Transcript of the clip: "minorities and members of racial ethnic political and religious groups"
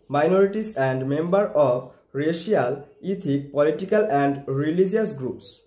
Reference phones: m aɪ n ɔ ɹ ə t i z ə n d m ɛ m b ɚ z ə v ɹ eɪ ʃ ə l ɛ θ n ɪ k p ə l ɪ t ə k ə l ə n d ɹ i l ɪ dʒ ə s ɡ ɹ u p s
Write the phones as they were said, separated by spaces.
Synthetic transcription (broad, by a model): m aɪ n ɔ ɹ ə t i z ə n d m ɛ m b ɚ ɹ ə b ɹ eɪ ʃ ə l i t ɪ k p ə l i t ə k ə l ə n d ɹ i l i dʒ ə s ɡ ɹ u p s